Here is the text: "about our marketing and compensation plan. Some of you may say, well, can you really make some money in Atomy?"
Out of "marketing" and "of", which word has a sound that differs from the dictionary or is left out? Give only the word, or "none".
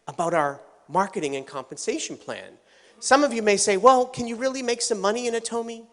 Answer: none